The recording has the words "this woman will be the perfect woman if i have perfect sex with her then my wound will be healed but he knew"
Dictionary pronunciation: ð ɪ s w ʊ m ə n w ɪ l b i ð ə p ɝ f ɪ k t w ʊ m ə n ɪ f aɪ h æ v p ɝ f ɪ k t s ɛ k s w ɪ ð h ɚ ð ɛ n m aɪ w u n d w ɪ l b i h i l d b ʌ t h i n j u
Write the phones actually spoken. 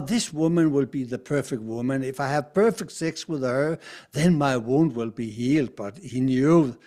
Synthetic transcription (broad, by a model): ð ɪ s w ʊ m ə n w ɪ l b i ð ə p ɝ f ɪ k t w ʊ m ə n ɪ f aɪ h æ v p ɝ f ɪ k t s ɛ k s w ɪ ð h ɚ ð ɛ n m aɪ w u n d w ɪ l b i h i l d b ʌ t h i n j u